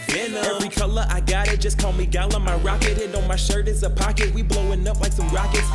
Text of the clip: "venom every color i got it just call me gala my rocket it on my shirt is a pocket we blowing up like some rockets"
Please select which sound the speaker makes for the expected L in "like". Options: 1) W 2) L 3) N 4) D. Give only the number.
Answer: 2